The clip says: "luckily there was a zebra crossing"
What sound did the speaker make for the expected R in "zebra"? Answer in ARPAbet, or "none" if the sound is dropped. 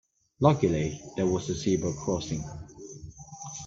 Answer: none